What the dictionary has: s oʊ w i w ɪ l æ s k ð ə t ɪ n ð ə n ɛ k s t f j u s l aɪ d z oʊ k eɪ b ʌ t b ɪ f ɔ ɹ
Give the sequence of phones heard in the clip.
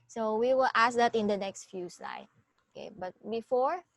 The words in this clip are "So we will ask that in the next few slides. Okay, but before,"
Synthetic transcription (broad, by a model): s oʊ w i w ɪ l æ s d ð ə t ɪ n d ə n ɛ k s t f j u s l aɪ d oʊ k eɪ b ʌ t b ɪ f ɔ ɹ